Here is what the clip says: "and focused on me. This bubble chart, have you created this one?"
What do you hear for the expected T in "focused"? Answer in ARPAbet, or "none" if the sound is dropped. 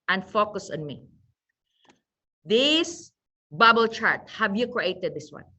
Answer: none